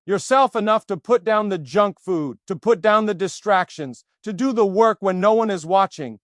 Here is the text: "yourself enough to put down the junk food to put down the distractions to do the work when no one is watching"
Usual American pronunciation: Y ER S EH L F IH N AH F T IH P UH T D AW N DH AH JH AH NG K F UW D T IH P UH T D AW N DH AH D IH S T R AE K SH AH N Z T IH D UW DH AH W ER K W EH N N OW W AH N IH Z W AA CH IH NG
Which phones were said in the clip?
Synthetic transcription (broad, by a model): Y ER S EH L F IH N AH F T IH P UH T D AW N DH AH JH AH NG K F UW D T IH P UH T D AW N DH AH D IH S T R AE K SH AH N Z T IH D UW DH AH W ER K W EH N N OW W AH N IH Z W AA CH IH NG